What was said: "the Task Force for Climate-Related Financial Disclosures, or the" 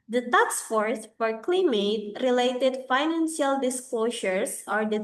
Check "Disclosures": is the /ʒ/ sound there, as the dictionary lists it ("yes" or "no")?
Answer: no